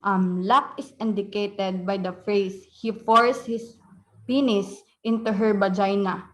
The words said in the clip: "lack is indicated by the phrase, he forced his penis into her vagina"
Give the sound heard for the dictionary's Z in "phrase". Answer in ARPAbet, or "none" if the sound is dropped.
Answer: S